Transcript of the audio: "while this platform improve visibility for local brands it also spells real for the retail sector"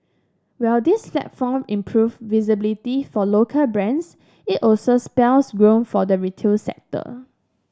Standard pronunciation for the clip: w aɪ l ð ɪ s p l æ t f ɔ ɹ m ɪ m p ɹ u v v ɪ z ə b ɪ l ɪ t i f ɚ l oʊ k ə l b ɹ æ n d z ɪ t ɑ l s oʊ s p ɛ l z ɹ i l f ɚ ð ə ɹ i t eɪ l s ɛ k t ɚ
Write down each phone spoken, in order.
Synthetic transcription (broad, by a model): w aɪ l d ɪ s p l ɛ t f ɔ m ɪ m p ɹ u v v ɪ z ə b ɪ l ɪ t i f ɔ l oʊ k ə l b ɹ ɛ n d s ɪ t ɑ l s oʊ s p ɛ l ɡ ɹ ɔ n f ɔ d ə ɹ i t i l s ɛ k t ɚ